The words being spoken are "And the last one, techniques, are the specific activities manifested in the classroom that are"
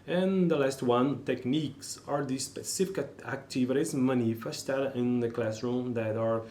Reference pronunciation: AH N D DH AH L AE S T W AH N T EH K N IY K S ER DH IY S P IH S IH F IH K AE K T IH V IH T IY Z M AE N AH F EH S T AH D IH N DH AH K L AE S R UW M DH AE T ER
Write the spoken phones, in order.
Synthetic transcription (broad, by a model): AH N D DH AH L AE S T W AH N T EH K N IY K S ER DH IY S P IH S IH F IH K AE K T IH V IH T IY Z M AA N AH F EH S T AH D IH N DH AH K L AE S R UW M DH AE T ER